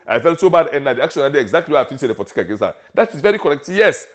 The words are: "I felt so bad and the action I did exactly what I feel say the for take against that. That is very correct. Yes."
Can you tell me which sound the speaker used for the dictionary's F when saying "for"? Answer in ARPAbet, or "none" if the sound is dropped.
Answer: P